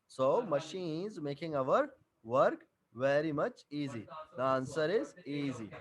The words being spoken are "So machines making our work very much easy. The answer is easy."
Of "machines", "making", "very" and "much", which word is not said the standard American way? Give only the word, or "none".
none